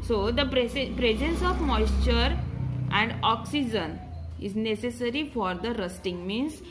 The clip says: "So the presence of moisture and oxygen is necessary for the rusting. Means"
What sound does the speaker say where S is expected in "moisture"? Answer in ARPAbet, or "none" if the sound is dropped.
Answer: S